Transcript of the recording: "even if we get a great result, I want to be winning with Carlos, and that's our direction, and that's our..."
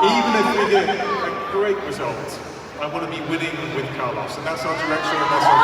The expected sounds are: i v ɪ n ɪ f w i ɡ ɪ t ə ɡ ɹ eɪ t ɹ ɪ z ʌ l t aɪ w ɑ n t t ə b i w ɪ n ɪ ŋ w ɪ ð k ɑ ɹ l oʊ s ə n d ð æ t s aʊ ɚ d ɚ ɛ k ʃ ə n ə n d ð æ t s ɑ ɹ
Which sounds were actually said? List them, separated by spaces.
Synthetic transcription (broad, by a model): i v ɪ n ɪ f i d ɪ ə ɡ ɹ eɪ t ɹ ɪ z ʌ l t aɪ w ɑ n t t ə b i w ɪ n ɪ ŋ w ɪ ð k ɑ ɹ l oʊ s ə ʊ ð æ t s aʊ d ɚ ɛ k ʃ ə ə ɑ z